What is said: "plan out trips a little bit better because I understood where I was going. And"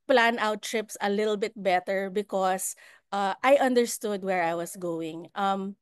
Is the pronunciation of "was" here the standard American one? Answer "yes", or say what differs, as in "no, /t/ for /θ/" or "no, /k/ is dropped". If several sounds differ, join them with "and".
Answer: no, /s/ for /z/